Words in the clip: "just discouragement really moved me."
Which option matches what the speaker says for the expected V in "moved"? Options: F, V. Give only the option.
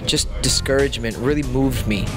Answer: V